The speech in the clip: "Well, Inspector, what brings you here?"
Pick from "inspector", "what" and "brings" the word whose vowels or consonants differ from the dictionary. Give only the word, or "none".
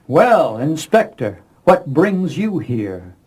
none